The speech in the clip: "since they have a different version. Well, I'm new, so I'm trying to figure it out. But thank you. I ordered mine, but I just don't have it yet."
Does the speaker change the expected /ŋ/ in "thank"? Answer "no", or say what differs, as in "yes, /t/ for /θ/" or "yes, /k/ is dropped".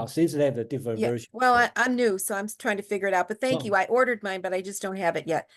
yes, /ŋ/ is dropped